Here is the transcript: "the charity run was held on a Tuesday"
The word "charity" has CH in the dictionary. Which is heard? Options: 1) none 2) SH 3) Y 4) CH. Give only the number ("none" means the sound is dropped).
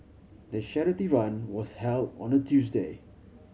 2